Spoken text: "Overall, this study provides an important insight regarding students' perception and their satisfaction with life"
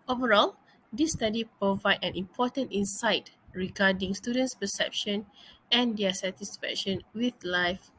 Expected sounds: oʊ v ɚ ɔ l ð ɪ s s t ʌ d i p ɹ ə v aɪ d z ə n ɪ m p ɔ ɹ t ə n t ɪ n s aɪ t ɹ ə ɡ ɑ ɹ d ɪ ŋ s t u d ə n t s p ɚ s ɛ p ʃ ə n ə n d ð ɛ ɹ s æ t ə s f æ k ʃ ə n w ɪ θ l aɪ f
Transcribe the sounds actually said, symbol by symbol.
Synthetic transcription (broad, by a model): oʊ v ɚ ɔ l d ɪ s s t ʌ d i p ɹ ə v aɪ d ə n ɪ m p ɔ t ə n t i n s aɪ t ɹ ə ɡ ɑ d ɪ ŋ s t u d ə n t s p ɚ s ɛ p ʃ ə n ə n d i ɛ s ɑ t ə s f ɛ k ʃ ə n w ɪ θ l aɪ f